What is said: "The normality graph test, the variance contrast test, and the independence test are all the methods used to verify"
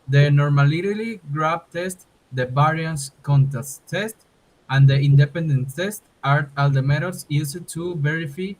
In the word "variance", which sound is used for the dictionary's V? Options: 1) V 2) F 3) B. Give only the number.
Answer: 3